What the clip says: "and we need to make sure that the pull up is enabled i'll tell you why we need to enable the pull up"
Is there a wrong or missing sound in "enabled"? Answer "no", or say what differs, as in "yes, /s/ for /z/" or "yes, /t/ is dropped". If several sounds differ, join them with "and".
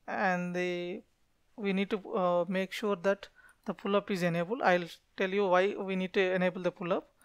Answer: yes, /d/ is dropped